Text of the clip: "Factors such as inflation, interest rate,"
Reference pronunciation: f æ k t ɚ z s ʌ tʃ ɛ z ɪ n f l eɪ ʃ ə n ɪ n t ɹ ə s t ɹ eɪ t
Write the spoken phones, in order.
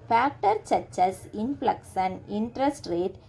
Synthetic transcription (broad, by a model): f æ k t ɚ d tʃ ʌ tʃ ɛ s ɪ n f l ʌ s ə n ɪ n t ɹ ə s t ɹ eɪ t